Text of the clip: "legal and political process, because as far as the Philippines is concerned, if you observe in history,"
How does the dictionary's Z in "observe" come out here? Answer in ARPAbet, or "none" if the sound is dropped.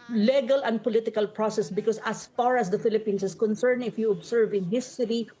S